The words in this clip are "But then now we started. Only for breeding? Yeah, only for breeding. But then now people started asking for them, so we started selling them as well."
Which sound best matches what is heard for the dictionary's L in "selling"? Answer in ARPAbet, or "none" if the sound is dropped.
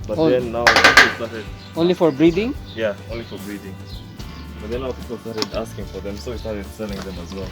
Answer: N